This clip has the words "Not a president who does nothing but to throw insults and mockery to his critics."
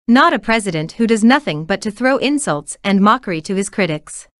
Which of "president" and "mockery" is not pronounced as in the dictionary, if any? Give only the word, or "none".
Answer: none